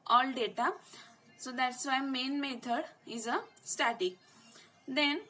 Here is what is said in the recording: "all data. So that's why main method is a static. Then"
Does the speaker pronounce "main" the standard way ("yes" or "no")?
yes